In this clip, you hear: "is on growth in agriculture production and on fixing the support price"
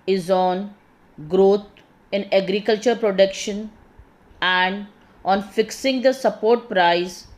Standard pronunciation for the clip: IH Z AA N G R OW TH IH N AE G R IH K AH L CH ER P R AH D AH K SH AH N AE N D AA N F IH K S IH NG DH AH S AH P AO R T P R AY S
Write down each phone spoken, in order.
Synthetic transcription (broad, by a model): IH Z AA N G R OW T IH N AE G R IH K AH L CH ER P R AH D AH K SH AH N AE N D AA N F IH K S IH NG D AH S AH P AO R T P R AY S